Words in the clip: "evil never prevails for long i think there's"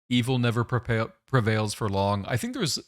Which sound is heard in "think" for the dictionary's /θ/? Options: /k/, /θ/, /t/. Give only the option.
/θ/